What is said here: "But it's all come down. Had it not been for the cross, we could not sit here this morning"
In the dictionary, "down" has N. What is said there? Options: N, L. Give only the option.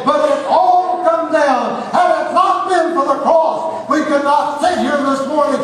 L